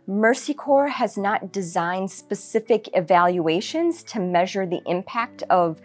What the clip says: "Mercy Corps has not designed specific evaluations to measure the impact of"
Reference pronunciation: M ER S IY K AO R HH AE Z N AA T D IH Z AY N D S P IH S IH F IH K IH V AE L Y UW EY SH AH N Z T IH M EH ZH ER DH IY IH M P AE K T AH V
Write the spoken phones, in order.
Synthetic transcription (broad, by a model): M ER S IY K AO R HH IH Z N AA T D IH Z AY N D S P IH S IH F IH K IH V AE L Y UW EY SH AH N Z T IH M EH ZH ER DH IY IH M P AE K T AH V